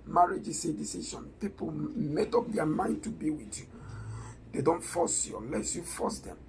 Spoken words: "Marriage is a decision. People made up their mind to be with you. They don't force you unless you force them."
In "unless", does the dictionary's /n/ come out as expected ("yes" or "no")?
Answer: no